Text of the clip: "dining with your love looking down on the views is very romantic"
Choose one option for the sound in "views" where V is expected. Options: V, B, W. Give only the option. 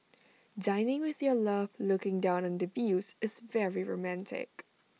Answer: B